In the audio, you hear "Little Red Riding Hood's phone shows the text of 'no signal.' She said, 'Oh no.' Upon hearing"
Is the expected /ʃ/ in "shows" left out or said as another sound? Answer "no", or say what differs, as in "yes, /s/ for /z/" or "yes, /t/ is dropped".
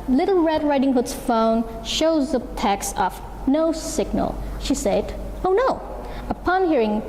no